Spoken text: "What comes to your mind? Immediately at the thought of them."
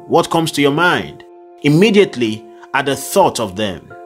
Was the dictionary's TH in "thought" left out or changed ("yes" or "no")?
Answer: no